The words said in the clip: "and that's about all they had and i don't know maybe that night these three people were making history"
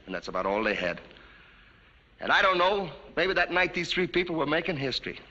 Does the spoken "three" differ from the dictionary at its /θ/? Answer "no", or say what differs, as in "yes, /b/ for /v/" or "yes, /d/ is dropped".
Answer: no